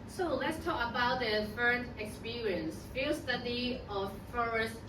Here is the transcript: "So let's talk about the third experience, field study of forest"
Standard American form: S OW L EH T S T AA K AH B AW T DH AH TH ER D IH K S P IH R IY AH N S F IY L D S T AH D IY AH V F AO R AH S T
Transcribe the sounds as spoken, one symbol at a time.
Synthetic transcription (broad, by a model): S OW L EH T S T AA K AH B AW T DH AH F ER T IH K S P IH R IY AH N S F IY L S T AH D IY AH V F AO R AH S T